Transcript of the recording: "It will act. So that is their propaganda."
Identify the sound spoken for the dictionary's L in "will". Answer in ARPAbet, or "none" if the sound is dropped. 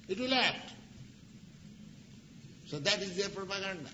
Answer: L